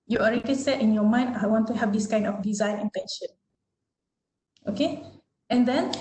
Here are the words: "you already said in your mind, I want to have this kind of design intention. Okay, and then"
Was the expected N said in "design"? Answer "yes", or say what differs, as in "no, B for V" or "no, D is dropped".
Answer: yes